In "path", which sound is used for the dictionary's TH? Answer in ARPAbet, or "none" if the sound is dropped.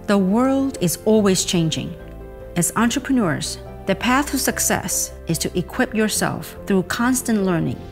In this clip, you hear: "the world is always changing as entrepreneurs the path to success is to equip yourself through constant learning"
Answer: TH